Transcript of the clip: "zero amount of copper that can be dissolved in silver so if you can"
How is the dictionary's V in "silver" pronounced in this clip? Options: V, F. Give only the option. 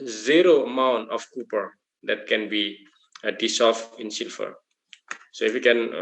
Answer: F